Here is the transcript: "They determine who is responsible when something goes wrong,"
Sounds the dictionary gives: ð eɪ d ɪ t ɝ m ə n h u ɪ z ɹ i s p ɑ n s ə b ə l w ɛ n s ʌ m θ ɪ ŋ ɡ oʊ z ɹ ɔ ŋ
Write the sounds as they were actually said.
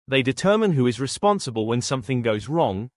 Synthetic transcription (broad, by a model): ð eɪ d ɪ t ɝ m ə n h u ɪ z ɹ i s p ɑ n s ə b ə l w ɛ n s ʌ m θ ɪ ŋ ɡ oʊ z ɹ ɔ ŋ